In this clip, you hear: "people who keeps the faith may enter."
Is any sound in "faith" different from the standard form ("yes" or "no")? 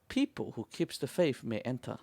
yes